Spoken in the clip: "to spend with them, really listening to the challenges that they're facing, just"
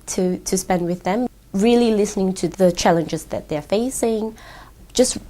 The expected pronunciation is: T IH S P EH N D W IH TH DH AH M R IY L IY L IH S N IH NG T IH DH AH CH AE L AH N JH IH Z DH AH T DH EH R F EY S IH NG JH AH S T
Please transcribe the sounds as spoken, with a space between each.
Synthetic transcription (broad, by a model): T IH S P EH N D W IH DH AH M R IY L IY L IH S N IH NG T IH DH AH CH AE L AH N JH IH Z DH AH T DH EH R F EY S IH NG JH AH S T